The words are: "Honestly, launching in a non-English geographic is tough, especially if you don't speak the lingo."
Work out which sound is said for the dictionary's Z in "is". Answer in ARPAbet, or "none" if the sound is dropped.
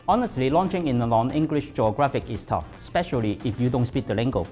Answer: S